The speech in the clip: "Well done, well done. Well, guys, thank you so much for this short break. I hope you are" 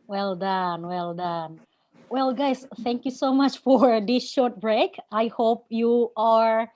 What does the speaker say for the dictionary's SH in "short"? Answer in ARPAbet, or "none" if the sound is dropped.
SH